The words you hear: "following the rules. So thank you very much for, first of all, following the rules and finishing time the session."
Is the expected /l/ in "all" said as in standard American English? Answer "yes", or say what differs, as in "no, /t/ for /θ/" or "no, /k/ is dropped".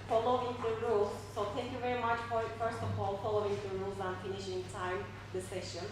yes